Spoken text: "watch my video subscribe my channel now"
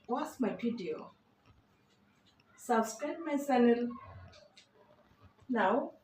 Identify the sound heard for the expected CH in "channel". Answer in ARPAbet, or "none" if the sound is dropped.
S